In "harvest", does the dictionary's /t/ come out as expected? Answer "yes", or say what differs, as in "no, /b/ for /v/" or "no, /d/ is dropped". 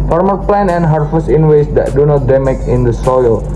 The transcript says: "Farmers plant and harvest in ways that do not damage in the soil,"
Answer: no, /t/ is dropped